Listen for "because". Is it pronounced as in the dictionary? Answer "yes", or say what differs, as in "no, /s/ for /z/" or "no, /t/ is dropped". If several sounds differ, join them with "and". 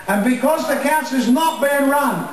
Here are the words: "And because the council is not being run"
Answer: yes